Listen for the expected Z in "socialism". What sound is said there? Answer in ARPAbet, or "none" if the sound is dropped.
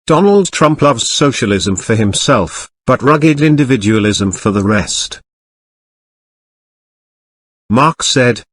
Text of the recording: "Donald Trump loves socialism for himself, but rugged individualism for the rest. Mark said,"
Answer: Z